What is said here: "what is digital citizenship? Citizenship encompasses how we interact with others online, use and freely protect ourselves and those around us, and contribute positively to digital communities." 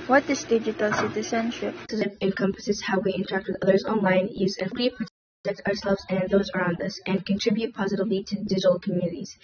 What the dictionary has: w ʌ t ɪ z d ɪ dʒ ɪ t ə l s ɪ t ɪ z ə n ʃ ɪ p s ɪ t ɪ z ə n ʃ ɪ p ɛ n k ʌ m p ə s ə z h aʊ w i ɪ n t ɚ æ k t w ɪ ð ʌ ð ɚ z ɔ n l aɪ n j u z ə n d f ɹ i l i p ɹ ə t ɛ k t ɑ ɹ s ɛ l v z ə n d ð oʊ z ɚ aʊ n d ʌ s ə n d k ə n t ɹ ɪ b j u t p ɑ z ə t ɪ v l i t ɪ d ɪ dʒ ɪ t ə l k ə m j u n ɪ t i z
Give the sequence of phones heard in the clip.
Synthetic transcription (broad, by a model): w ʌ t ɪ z d ɪ dʒ ɪ t ə l s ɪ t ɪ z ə n ʃ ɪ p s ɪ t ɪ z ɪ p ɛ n k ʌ m p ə s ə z h aʊ w i ɪ n t ɚ æ k t w ɪ ð ʌ ð ɚ z ɔ n l aɪ n j u z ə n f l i p ɹ ə t ɛ k t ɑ ɹ s ɛ l v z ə n ð oʊ z ɚ aʊ n d ʌ s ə n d k ə n t ɹ ɪ b j u t p ɑ z ə t ɪ v l i t ɪ d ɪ dʒ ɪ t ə l k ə m j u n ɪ t i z